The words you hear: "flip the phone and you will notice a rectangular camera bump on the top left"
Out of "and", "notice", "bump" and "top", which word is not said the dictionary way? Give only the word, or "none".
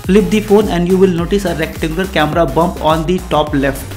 none